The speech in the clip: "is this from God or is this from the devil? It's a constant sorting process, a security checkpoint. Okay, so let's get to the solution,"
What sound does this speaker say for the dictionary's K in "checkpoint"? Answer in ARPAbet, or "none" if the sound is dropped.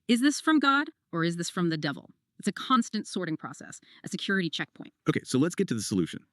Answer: K